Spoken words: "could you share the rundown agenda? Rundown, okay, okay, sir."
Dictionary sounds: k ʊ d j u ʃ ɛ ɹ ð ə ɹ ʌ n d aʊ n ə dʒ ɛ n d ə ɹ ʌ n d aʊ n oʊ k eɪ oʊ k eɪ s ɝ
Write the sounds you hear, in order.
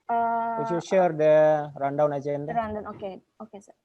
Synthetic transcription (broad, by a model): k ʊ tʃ j u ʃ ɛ ɹ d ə ɹ ʌ n d aʊ n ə tʃ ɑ n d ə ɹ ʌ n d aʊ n oʊ k eɪ oʊ k eɪ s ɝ